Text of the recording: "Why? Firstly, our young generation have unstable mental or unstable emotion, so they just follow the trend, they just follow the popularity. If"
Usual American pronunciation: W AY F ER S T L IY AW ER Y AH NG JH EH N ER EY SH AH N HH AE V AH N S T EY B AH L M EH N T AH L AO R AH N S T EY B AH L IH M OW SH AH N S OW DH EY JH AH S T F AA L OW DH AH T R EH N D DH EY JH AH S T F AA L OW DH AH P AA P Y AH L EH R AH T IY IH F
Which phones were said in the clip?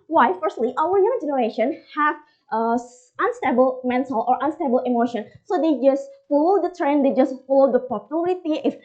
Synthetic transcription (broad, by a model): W AY F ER S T L IY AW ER Y AH NG JH EH N ER EY SH AH N HH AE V AH N S T EY B AH L M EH N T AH L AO R AH N S T EY B AH L IH M OW SH AH N S OW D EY JH AH S T F AA L OW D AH T R EH N D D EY JH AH S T F AA L OW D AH P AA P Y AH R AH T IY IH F